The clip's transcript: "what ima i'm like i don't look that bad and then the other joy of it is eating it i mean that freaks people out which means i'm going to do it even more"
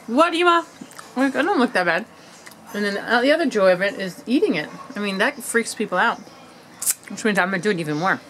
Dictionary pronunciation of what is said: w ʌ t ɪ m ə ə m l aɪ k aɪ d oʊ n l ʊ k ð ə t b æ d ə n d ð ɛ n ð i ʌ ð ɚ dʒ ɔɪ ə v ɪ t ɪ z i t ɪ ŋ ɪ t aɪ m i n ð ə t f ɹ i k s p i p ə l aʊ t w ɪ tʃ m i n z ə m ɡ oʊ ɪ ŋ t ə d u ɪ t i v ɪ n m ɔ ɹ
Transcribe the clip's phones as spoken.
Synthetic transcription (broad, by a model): w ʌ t ɪ m ə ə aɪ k aɪ d oʊ n l ʊ k ð ə t b æ d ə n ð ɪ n ð i ʌ ð ɚ dʒ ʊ ə v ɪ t ɪ z i t ɪ ŋ ɪ t aɪ m i n ð ə t f ɹ i k s p i p l aʊ t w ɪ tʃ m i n ə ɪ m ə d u ɪ t i v ɪ n m ɔ ɹ